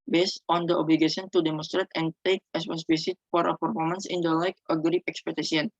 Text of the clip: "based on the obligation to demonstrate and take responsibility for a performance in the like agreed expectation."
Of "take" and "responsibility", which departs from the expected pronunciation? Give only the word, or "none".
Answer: responsibility